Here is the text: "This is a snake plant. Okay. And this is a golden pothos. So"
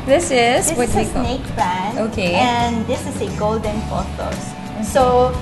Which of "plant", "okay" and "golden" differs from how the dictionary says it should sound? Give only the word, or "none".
plant